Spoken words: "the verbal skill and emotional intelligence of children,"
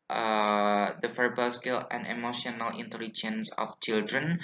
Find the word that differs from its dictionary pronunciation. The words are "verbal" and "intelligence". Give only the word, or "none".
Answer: verbal